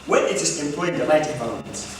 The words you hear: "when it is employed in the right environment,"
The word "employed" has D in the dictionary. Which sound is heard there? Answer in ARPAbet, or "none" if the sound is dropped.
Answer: none